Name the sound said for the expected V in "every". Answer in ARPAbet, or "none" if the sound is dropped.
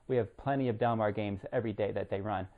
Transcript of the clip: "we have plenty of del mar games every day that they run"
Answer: V